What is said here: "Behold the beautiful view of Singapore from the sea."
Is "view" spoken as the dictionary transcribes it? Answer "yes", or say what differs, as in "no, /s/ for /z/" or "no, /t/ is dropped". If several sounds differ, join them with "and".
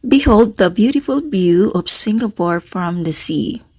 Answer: no, /b/ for /v/